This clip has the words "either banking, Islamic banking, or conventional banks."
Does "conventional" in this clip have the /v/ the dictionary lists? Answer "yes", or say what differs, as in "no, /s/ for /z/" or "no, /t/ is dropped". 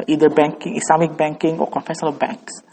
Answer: no, /f/ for /v/